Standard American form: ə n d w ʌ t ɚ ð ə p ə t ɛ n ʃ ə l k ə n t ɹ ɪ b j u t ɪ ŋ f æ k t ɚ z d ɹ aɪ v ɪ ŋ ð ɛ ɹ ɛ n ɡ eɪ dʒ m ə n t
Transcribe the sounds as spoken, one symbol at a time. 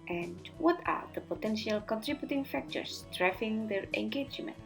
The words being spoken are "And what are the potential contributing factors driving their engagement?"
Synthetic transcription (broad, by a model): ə n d w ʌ t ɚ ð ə p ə t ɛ n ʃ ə l k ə n t ɹ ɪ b j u t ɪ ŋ f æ k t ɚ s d ɹ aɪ f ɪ ŋ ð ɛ ɹ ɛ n ɡ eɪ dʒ m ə n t